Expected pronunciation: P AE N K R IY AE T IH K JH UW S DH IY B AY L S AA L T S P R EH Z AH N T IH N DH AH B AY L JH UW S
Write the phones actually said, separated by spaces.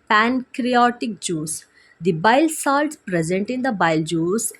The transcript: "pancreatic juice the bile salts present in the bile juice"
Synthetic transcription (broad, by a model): P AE N K R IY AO T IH K JH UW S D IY B AY L S AA L T S P R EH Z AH N T IH N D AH B AY L JH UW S